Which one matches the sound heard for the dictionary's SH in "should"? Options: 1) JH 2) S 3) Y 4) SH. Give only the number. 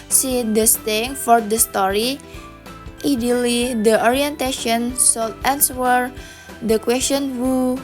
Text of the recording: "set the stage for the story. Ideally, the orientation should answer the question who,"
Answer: 2